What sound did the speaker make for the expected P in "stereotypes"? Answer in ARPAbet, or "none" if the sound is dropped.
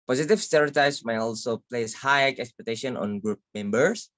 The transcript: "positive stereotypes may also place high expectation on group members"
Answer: none